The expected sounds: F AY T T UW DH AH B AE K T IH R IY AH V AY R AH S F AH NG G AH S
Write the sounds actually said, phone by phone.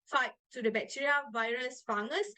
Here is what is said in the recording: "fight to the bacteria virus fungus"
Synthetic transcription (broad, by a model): F AY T T UW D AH B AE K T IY R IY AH V AY R AH S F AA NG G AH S